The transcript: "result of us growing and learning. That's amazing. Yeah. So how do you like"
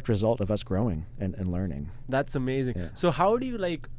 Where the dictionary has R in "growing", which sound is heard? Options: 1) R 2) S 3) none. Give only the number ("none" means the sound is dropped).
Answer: 1